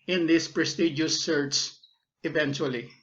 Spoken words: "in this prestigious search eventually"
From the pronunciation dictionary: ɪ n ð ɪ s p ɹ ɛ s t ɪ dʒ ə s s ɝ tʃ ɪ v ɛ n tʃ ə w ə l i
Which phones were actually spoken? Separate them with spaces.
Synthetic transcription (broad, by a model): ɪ n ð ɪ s p ɹ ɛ s t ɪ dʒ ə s s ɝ s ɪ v ɛ n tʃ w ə l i